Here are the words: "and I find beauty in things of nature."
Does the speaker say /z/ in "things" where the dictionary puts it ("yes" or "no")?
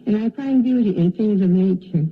yes